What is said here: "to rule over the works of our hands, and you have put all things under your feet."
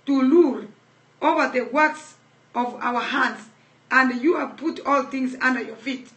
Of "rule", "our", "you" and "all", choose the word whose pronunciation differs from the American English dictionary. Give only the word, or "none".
rule